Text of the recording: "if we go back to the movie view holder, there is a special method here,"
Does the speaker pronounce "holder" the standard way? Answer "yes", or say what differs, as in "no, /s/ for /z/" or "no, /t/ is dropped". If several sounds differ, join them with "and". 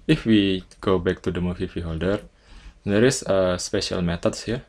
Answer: yes